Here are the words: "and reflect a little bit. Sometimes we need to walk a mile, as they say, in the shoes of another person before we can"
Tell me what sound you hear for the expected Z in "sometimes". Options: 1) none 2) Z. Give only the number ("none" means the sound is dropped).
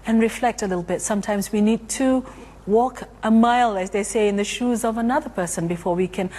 2